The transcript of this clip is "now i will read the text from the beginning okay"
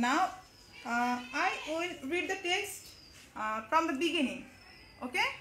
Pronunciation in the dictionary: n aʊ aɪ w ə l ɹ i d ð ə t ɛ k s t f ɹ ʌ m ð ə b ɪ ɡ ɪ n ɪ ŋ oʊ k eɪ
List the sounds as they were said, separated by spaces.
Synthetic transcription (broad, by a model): n aʊ aɪ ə n ɹ i d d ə t ɛ k s t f ɹ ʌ m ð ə b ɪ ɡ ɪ n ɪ ŋ oʊ k eɪ